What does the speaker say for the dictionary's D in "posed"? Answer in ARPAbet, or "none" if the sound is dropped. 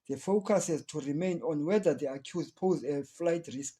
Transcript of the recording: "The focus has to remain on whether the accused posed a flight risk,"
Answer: none